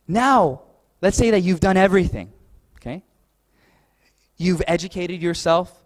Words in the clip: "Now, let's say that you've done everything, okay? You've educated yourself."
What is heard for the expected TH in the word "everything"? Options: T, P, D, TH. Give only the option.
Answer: TH